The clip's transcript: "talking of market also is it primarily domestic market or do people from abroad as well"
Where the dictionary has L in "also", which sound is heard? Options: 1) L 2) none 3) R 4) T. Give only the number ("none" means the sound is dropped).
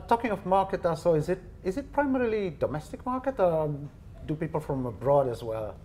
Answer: 2